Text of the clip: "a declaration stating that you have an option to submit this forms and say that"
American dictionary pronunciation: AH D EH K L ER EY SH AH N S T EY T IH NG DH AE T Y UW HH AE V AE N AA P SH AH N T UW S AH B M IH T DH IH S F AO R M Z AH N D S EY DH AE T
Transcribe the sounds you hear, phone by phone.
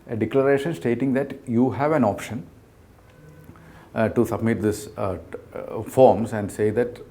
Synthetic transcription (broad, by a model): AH D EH K L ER EY SH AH N S T EY T IH NG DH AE T Y UW HH AE V AE N AA P SH AH N T UW S AH B M IH T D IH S F AO R M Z AH N D S EY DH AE T